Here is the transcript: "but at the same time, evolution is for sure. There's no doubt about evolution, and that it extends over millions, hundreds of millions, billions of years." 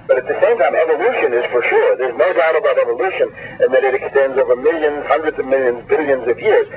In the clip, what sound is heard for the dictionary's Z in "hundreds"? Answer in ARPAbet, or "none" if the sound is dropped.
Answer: Z